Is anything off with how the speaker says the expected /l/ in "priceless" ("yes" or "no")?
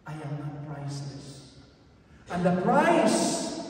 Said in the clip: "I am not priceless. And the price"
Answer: yes